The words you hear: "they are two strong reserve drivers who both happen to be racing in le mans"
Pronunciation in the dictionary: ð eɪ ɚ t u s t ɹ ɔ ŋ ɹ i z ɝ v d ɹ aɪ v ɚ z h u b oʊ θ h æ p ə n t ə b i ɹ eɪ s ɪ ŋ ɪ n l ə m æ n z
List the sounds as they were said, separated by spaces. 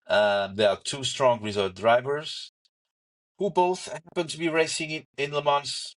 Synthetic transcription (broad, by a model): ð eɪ ɚ t u s t ɹ ɔ ŋ ɹ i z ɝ d ɹ aɪ v ɚ z h u b oʊ θ h æ p ə n t ə b i ɹ eɪ s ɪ ŋ ɪ n l ə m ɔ n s